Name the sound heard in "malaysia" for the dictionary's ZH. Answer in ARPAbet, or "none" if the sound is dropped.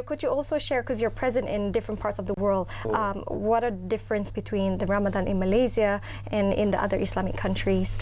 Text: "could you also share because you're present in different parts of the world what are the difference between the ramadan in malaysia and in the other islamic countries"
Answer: Z